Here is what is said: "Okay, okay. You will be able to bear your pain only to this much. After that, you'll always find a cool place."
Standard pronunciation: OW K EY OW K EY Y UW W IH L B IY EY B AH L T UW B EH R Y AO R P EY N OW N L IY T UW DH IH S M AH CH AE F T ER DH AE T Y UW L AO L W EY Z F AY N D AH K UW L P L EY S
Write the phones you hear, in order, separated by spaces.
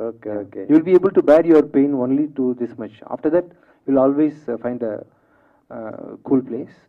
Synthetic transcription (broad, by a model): OW K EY OW K EY Y UW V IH L B IY EY B AH L T UW B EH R Y AO R P EY N OW N L IY T UW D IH S M AH CH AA F T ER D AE T Y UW L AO L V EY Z F AY N D AH K UW L P L EY S